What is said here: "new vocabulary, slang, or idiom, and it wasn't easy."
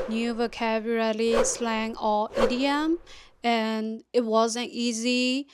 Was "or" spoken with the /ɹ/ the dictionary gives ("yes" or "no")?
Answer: no